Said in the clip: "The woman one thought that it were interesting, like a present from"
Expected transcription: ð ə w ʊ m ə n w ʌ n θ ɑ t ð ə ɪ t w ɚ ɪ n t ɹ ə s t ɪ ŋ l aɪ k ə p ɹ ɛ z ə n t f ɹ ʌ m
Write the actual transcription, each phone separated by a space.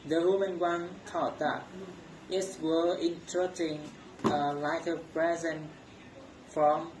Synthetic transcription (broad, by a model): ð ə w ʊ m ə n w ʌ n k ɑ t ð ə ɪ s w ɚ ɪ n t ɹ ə t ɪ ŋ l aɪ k ə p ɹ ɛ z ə n f ɹ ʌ m